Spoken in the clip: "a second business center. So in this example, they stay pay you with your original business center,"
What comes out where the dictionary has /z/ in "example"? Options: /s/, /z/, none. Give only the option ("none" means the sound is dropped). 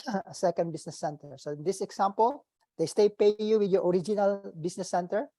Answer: /s/